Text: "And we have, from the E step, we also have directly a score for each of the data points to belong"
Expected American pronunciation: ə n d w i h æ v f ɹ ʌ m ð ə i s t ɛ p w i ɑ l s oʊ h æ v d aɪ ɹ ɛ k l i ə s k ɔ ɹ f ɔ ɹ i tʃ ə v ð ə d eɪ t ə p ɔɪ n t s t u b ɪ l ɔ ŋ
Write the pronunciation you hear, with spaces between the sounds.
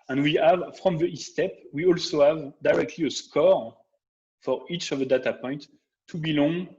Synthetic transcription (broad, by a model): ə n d w i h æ v f ɹ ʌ m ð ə i s t ɛ p w i ɑ l s oʊ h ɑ v d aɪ ɹ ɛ k l i ə s k ɔ ɹ f ɔ ɹ i tʃ ə v ð ə d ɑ t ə p ɔɪ n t t u b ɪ l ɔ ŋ